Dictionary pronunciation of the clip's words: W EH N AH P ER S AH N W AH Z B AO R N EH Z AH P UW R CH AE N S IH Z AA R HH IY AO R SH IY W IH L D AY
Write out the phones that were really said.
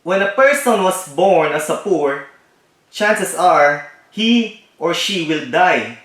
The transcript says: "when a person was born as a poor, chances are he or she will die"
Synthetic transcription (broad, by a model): W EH N AH P ER S AH N W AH S B AO R N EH S AH P UW R CH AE N S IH S AA R HH IY AO R SH IY W IH L D AY